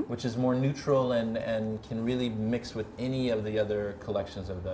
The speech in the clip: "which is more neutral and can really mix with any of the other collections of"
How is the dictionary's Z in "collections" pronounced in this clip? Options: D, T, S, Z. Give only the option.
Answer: Z